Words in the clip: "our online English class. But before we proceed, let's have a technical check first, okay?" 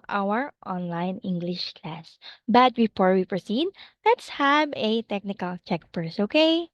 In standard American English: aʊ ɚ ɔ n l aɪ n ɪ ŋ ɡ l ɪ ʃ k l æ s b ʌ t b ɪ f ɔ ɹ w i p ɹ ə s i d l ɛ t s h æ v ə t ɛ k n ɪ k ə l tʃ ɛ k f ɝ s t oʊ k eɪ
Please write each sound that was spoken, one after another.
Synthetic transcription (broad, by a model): aʊ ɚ ɔ n l aɪ n ɪ ŋ ɡ l ɪ ʃ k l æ s b ʌ t b ɪ f ɔ ɹ w i p ɹ ə s i d l ɛ t s h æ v ə t ɛ k n ɪ k ə l tʃ ɛ k p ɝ s oʊ k eɪ